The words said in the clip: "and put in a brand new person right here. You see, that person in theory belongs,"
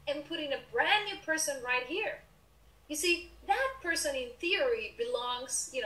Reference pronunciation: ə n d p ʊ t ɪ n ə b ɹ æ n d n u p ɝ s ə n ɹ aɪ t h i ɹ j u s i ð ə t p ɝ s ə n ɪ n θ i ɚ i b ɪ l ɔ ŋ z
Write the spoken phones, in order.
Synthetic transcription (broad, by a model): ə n p ʊ t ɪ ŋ ə b ɹ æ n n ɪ p ɝ s ə n ɹ aɪ t h i ɹ j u s i ð ə t p ɝ s ə n ɪ n θ i ɚ i b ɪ l ɔ ŋ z